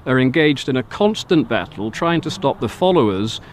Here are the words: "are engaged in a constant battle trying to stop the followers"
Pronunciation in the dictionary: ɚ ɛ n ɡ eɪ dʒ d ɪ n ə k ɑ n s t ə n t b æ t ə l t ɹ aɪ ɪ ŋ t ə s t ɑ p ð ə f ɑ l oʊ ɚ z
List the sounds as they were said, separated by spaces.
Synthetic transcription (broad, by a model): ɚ ɛ n ɡ eɪ dʒ d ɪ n ə k ɑ n s t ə n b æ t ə l t ɹ aɪ ɪ ŋ t ə s t ɑ p ð ə f ɑ l oʊ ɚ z